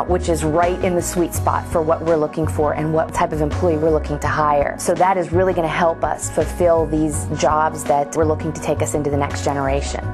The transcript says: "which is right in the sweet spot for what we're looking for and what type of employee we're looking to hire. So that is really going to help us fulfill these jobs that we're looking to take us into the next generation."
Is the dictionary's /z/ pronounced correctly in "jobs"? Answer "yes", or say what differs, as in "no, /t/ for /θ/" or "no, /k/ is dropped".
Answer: yes